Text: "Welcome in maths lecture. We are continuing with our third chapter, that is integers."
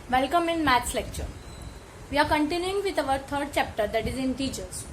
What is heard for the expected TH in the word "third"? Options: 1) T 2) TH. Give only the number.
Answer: 1